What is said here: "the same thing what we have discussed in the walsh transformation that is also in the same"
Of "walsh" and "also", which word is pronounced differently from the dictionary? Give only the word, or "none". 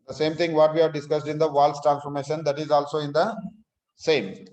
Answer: walsh